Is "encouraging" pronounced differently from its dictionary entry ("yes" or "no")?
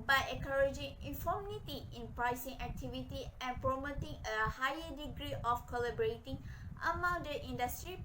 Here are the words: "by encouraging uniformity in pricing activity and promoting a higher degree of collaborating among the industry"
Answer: yes